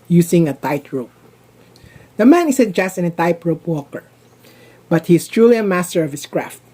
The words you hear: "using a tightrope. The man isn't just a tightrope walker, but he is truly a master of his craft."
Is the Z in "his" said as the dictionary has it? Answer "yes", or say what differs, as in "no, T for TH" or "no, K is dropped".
no, S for Z